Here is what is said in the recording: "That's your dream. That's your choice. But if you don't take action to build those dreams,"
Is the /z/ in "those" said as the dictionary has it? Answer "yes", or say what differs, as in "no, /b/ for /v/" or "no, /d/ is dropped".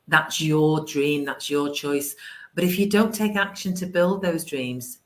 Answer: yes